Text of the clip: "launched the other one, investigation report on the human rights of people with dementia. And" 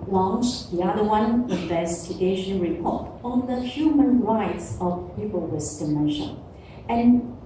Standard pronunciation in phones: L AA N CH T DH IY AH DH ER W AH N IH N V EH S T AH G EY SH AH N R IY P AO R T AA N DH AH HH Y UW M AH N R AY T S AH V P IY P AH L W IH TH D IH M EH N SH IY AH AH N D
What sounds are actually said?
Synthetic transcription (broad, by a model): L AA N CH DH IY AH DH ER W AH N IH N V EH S T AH G EY SH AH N R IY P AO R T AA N DH AH HH Y UW M AH N R AY T S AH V P IY P AH L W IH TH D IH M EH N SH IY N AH N